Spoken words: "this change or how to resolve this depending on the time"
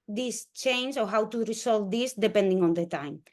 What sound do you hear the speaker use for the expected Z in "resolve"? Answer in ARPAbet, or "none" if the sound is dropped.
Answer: S